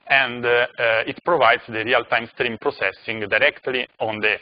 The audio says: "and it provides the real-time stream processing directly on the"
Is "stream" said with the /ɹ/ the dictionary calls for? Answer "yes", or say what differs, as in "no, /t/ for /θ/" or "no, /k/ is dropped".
yes